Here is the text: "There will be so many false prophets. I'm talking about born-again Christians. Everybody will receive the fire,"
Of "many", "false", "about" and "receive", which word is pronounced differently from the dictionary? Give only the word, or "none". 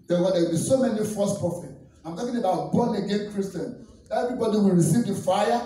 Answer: false